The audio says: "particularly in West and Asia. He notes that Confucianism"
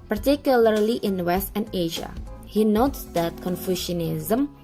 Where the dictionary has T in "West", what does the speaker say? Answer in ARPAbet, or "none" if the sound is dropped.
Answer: T